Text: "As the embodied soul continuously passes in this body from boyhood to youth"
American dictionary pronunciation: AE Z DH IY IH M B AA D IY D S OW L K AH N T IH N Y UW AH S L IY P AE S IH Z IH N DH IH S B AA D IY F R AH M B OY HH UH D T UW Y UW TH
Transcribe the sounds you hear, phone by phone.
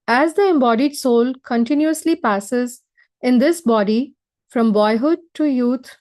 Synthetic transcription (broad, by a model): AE Z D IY IH M B AA D IY D S OW L K AH N T IH N Y UW AH S L IY P AE S IH Z IH N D IH S B AA D IY F R AH M B OY HH UH D T UW Y UW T